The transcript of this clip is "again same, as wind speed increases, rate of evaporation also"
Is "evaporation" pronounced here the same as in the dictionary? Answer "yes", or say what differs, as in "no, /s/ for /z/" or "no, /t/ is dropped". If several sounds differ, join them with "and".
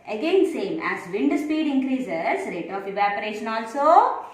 yes